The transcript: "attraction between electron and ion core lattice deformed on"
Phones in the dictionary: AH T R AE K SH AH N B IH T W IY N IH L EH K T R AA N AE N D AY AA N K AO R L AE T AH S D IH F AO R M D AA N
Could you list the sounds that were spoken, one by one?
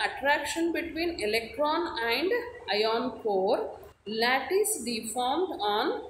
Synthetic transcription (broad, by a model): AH T R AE K SH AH N B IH T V IY N IH L EH K T R AA N AE N D AY AA N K AO R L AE T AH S D IH F AO R M D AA N